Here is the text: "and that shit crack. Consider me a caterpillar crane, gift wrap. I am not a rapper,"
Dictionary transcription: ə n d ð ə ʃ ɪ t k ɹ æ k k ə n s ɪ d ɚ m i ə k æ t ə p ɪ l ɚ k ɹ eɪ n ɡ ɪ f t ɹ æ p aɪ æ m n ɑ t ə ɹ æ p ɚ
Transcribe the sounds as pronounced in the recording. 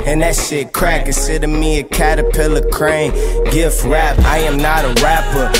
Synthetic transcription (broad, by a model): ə n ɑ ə s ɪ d k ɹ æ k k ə s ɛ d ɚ m i ə k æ t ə p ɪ l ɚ k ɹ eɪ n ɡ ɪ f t ɹ æ p aɪ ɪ m n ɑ t ə ɹ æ p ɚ